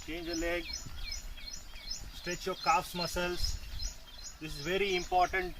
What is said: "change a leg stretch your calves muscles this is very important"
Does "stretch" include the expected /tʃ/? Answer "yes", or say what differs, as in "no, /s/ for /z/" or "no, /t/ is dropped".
yes